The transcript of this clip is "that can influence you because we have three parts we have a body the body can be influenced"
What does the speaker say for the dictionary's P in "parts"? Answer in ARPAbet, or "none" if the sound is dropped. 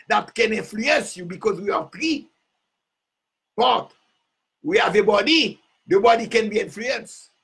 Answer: B